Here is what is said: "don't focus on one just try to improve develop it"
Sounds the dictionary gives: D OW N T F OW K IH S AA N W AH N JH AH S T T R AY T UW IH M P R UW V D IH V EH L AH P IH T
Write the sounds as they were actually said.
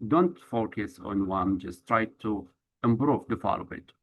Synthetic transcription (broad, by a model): D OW N T F OW K IH S AA N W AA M JH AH S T T R AY T UW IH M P R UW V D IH F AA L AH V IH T